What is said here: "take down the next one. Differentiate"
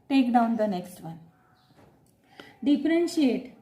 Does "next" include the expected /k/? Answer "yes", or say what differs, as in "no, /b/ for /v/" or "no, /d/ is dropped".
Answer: yes